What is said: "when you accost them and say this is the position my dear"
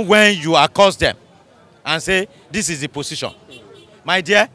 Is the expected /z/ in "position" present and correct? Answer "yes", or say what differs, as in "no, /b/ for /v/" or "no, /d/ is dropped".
no, /s/ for /z/